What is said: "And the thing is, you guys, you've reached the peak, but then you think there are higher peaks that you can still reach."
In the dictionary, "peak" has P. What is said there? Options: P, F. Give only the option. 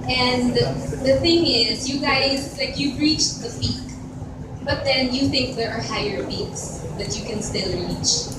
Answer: F